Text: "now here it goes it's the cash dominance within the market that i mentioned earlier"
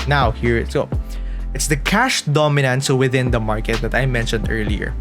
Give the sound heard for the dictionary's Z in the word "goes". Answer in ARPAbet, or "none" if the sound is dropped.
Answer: none